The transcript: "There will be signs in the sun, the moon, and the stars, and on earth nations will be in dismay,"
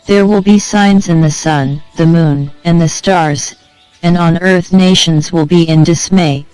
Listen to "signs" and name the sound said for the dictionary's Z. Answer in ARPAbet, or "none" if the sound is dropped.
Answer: Z